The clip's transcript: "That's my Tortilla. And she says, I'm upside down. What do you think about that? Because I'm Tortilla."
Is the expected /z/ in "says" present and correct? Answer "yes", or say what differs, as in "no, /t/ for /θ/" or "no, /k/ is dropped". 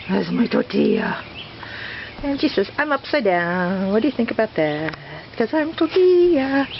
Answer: no, /s/ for /z/